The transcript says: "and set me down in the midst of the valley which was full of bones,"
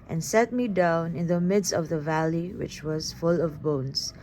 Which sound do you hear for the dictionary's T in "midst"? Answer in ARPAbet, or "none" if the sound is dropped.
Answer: T